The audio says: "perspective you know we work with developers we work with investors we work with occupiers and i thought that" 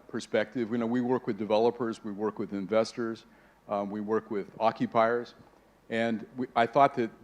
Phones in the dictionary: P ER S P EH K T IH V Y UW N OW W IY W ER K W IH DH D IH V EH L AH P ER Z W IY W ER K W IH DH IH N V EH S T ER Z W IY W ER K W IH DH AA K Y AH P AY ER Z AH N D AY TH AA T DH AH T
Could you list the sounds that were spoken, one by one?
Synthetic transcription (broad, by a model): P ER S P EH K T IH V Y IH N OW W IY W ER K W IH DH D IH V EH L AH P ER Z W IY W ER K W IH DH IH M V EH S T ER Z W IY W ER K W IH DH AA K Y AH P AY ER Z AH N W AY TH AA T DH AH T